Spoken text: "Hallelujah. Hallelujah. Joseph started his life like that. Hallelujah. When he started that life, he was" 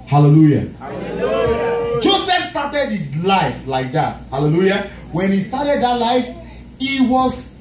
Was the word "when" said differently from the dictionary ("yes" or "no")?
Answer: no